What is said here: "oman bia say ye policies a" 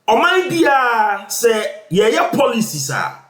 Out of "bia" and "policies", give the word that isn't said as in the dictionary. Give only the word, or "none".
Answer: policies